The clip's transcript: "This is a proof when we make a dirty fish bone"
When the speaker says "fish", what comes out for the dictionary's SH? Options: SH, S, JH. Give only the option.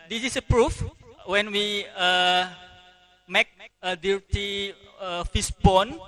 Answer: S